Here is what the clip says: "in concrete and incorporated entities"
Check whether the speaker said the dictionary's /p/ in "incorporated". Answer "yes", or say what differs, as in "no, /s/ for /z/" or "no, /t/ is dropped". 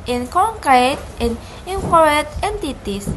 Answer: no, /p/ is dropped